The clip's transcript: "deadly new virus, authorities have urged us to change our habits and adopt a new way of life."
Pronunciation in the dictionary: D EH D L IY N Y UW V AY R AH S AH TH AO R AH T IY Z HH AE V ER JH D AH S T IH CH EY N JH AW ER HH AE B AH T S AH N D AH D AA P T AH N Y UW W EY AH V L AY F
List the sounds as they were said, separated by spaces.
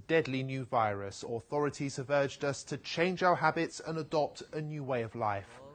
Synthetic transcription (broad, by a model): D EH D L IY N Y UW V AY R AH S AH TH AO R AH T IY Z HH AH V ER JH D AH S T IH CH EY N JH AW ER HH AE B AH T S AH N AH D AA P T AH N Y UW W EY AH V L AY F